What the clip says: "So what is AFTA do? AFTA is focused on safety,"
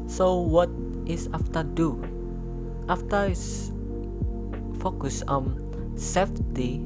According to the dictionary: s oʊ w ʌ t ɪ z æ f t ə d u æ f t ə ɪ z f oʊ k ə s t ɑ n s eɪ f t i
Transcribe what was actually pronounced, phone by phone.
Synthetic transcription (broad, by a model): s oʊ w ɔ t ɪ s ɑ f t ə d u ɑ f t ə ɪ s f oʊ k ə s ɑ n s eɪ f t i